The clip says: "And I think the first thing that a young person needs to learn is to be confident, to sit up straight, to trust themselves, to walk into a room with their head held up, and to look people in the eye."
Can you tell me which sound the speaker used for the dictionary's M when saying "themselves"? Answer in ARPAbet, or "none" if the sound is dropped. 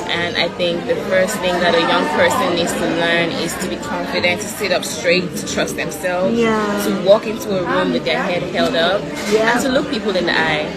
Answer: M